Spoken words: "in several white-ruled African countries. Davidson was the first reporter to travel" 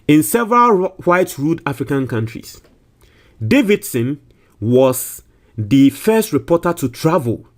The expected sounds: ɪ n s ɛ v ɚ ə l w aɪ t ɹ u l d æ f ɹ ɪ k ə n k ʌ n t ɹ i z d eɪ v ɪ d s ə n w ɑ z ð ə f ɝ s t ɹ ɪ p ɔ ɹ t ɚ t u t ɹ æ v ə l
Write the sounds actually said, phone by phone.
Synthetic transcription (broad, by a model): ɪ n s ɛ v ɚ ə l w aɪ t ɹ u d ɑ f ɹ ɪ k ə n k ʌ n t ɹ i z d eɪ v ɪ d s ə n w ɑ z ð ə f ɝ s t ɹ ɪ p ɔ t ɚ t u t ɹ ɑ v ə l